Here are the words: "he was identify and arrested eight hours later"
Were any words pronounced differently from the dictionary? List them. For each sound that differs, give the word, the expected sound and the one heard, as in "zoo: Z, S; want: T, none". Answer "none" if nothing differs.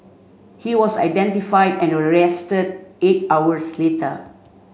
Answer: was: Z, S; hours: Z, S